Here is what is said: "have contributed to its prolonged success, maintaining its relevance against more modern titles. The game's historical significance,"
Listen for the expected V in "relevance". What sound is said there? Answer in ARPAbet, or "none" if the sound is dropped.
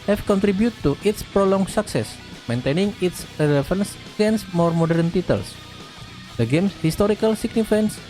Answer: F